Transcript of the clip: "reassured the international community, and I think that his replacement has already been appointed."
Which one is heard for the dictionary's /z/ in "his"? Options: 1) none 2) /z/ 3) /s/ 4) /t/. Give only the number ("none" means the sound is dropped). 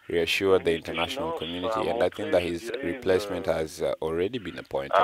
2